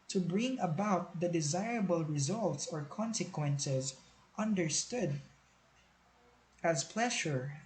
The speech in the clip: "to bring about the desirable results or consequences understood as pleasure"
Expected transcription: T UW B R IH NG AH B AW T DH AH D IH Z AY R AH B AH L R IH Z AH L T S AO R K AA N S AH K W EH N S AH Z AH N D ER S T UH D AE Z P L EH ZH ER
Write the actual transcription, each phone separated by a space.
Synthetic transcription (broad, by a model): T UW B R IH NG AH B AW T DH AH D IH Z AY R AH B AH L R IH Z AH L T S AO R K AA N S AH K W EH N S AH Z AH N D ER S T UH D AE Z P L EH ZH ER